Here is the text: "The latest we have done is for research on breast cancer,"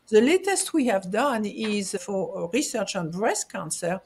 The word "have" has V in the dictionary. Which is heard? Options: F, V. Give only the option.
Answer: V